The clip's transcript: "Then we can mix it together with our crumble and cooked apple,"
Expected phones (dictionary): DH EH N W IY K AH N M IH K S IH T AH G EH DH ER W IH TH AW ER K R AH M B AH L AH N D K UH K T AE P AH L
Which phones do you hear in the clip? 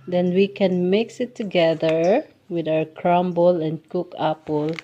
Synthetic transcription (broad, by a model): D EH N W IY K AH N M IH K S IH T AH G EH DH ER W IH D AW ER K R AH M B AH L AH N D K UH K AE P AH L